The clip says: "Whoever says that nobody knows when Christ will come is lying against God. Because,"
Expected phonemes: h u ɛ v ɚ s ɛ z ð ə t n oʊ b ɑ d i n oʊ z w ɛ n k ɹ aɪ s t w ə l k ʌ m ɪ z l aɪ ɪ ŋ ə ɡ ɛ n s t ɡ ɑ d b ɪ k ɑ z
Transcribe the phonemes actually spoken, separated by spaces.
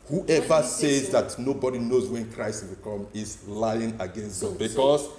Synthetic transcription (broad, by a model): h u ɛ v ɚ s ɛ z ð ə t n oʊ b ɑ d i n oʊ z w ɛ n k ɹ aɪ s t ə k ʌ m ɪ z l aɪ ɪ ŋ ə ɡ ɛ n s t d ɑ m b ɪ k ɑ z